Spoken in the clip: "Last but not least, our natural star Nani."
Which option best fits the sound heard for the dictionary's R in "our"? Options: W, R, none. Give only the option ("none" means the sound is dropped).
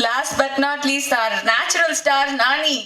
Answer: R